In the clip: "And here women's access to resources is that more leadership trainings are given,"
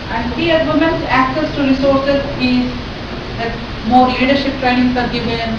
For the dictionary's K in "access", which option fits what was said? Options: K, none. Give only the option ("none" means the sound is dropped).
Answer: K